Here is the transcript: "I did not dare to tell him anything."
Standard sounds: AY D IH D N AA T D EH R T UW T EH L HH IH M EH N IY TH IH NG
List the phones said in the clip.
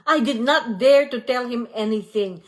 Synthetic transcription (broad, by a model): AY D IH D N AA T D EH R T UW T EH L HH IH M EH N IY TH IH NG